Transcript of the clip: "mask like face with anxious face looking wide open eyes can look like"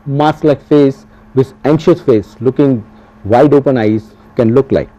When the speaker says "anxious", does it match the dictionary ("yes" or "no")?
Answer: yes